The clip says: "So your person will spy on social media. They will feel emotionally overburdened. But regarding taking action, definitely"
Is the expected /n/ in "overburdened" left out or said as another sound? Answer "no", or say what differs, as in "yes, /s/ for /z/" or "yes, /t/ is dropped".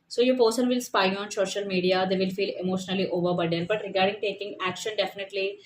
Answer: yes, /n/ is dropped